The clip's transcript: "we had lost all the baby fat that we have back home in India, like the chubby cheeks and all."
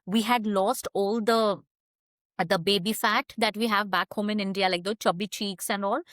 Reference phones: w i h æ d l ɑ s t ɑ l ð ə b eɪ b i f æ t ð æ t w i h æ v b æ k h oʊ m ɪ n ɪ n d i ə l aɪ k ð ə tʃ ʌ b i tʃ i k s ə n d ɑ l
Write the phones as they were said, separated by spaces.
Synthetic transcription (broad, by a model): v i h æ d l ɑ s t ɑ l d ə b eɪ b i f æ t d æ t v i h æ v b æ k h oʊ m ɪ n ɪ n d i ə l aɪ k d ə tʃ ʌ b i tʃ i k s ə n d ɑ l